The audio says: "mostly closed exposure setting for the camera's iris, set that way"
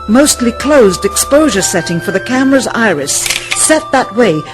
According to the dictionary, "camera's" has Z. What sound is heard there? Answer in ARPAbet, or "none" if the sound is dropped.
Z